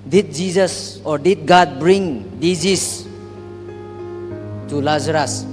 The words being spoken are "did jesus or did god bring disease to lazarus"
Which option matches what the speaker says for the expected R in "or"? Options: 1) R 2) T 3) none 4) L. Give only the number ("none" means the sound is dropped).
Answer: 1